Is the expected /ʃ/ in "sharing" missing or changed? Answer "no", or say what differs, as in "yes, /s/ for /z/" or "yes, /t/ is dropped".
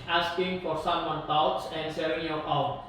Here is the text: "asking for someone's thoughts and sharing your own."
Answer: yes, /s/ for /ʃ/